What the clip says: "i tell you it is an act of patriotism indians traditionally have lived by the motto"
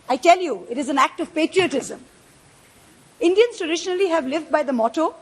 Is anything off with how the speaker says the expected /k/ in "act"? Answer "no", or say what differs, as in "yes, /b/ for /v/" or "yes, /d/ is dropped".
no